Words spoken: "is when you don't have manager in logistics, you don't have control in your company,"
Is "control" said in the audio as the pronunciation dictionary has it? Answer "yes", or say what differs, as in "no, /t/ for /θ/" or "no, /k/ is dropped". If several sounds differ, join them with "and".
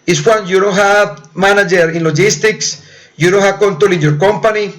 no, /ɹ/ is dropped